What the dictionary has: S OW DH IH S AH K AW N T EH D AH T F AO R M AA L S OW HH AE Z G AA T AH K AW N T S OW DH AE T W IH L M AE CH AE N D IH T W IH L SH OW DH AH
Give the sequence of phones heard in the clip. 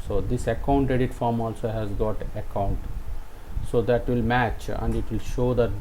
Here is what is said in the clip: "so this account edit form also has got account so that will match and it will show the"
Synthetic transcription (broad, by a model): S OW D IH S AH K AW N T EH D AH T F AO R M AA L S OW HH AE Z G AA T AH K AW N T S OW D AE T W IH L M AE CH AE N D IH T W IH L SH OW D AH